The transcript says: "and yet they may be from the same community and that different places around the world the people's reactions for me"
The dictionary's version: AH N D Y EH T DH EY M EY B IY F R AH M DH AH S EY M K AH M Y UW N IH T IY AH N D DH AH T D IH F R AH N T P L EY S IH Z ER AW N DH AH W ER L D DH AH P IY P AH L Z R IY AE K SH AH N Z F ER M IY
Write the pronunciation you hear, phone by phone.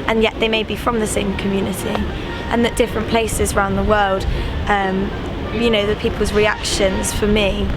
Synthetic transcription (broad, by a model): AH N Y EH T DH EY M EY B IY F R AH M DH AH S EY M K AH M Y UW N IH T IY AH N DH AH T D IH F R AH N P L EY S IH Z ER AW N DH AH W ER L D DH AH P IY P AH L Z R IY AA K SH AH N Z F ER M IY